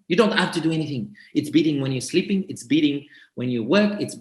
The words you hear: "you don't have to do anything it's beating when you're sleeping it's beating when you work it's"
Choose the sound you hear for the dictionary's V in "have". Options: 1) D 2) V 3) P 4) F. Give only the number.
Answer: 4